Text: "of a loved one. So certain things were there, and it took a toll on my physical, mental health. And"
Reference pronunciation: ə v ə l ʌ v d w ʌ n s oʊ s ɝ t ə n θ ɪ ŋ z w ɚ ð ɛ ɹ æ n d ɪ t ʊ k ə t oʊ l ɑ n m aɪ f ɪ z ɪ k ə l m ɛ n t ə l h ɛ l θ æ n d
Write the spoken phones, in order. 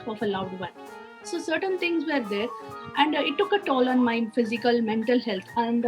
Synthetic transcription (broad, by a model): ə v ə l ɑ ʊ d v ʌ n s oʊ s ɝ t ə n t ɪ ŋ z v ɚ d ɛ ɹ æ n d ɪ t ʊ k ə t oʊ l ɑ n m aɪ f ɪ z ɪ k ə l m ɛ n t ə l h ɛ l t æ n d